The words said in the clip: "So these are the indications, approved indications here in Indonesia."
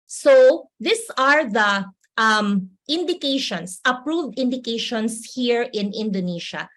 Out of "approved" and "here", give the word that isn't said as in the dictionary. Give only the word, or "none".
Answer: none